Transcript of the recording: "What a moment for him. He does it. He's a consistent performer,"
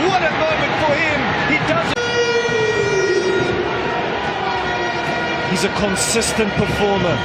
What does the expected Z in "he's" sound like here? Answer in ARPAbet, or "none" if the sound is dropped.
Z